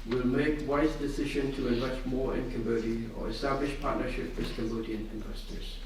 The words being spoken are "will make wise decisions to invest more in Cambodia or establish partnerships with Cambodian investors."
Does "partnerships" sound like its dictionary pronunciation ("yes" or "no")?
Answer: no